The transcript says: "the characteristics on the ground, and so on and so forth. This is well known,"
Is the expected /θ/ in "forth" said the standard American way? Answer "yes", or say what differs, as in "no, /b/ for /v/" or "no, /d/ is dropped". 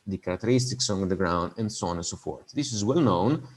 no, /t/ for /θ/